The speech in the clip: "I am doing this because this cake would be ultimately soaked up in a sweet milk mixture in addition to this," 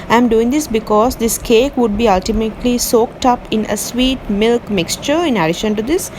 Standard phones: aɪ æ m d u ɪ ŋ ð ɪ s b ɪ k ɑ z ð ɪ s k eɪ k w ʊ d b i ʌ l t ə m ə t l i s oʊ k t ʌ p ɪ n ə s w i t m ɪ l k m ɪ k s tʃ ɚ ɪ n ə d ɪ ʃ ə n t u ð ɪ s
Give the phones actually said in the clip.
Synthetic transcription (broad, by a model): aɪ m d u ɪ ŋ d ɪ s b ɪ k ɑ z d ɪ s k eɪ k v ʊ d b i ʌ l t ə m ə t l i s oʊ k t ʌ p ɪ n ə s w i t m ɪ l k m ɪ k s tʃ ɚ ɪ n ə d ɪ ʃ ə n t u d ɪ s